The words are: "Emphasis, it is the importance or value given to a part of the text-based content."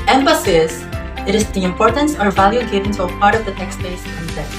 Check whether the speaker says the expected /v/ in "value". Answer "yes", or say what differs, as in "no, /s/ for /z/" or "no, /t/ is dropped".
yes